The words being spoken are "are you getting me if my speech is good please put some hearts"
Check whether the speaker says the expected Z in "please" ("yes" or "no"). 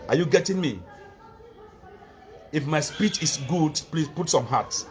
no